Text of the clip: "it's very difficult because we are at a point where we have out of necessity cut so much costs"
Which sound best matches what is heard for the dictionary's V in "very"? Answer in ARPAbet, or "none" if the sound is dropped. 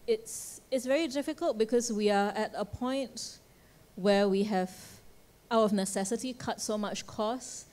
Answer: V